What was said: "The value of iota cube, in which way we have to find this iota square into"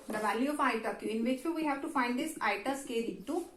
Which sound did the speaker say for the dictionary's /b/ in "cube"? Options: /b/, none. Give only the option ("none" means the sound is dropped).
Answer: none